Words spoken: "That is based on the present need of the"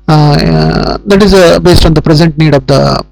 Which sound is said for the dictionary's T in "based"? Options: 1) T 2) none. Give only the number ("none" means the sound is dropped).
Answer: 1